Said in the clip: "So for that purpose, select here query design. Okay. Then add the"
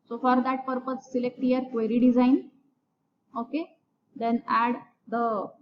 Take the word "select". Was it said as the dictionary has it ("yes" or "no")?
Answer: yes